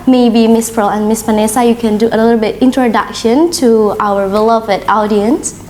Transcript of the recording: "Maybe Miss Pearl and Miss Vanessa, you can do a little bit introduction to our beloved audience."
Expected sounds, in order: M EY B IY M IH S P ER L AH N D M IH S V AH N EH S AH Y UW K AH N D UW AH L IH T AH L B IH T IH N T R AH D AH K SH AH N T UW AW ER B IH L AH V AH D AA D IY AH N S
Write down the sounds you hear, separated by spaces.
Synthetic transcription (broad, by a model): M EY B IY M IH S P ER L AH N M IH S P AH N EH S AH Y UW K AH N D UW AH L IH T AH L B IH T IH N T R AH D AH K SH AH N T UW AW ER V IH L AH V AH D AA D IY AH N S